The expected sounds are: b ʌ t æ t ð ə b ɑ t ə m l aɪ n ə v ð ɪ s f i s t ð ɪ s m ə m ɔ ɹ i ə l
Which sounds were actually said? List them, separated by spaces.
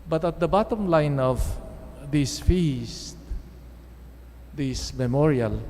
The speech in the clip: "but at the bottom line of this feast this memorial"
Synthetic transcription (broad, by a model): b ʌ t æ t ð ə b ɑ t ə m l aɪ n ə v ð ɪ s f i s t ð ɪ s m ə m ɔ ɹ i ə l